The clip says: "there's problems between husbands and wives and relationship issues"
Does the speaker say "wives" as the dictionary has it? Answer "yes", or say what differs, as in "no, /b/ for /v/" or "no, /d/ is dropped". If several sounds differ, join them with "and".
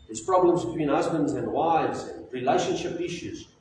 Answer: yes